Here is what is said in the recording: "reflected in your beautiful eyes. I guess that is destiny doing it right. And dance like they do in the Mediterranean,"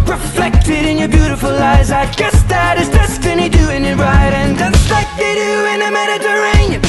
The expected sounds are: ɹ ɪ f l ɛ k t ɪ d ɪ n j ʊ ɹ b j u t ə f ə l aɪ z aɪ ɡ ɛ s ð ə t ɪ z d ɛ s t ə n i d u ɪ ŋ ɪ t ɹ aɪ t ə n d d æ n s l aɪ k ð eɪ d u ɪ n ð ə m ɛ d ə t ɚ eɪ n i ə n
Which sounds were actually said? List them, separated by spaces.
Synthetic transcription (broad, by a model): ɹ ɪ f l ɛ k t ɪ d ɪ n j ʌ ɹ b j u t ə f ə l aɪ z aɪ ɡ ɛ s ð ə t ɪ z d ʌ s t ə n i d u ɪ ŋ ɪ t ɹ aɪ t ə n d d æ s l aɪ k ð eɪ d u ɪ n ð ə m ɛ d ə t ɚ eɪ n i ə